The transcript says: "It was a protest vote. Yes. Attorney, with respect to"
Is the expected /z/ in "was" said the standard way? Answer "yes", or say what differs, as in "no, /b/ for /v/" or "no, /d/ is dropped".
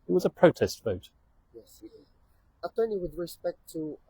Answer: yes